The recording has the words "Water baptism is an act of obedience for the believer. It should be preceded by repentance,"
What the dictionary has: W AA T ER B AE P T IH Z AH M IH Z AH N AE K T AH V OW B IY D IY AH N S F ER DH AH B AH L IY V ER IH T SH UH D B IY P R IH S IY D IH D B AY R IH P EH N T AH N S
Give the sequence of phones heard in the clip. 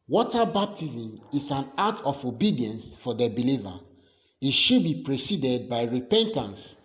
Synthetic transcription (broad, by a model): W AA T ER B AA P T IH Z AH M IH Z AH N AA T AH F OW B IY D IY AH N S F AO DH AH B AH L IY V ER IH T SH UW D B IY P R IH S IY D IH D B AY R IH P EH N T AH N S